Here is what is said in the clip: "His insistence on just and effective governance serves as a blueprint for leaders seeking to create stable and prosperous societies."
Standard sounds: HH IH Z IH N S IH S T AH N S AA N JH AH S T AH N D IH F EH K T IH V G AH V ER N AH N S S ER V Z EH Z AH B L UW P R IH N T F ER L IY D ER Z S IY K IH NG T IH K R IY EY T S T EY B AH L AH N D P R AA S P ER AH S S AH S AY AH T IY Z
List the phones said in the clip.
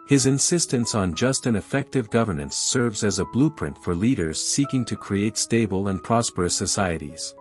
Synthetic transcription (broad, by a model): HH IH Z IH N S IH S T AH N S N JH AH S T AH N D IH F EH K T IH V G AH V ER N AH N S S ER V Z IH Z AH B L UW P R IH N T F ER L IY D ER Z S IY K IH NG T IH K R IY EY T S T EY B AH L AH N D P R AA S P ER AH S S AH S AY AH T IY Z